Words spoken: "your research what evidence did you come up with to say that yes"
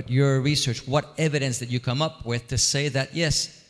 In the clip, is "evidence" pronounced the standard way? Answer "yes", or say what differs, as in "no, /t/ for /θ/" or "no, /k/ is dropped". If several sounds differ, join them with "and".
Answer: yes